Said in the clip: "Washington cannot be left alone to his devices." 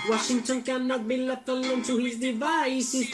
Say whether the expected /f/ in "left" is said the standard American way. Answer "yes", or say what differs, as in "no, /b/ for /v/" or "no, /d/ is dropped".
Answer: no, /f/ is dropped